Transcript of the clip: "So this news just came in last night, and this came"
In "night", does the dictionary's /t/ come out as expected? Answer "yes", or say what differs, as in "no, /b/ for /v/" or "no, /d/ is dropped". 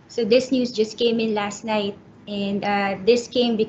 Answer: yes